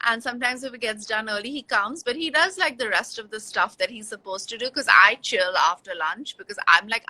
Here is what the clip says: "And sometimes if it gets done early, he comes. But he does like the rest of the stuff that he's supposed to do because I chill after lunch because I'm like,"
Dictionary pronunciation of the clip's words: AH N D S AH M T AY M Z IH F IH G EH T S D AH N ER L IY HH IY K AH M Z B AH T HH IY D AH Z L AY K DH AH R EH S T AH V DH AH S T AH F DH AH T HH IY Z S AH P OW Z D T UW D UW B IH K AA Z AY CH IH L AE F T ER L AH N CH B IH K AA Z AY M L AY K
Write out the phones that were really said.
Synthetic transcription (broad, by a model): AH N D S AH M T AY M Z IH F IH G EH T S D AH N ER L IY HH IY K AH M Z B AH T HH IY D AH Z L AY K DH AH R EH S T AH V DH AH S T AH F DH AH T HH IY Z S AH P OW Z T UW D UW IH K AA Z AY CH IH L AE F T ER L AH N CH B IH K AA Z AY M L AY K